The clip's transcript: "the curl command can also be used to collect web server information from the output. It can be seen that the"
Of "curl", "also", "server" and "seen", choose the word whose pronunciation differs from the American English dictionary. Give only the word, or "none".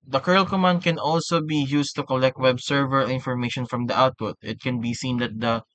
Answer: none